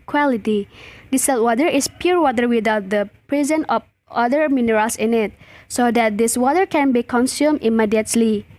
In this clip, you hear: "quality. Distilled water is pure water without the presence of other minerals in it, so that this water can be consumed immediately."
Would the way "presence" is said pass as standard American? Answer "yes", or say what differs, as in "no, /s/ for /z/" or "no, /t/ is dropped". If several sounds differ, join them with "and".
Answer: no, /s/ is dropped